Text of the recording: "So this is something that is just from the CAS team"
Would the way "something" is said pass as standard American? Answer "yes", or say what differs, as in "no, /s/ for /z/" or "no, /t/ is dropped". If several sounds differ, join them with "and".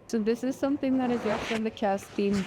yes